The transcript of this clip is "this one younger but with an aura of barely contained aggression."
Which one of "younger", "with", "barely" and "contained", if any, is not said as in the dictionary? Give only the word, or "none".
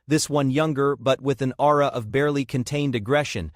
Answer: none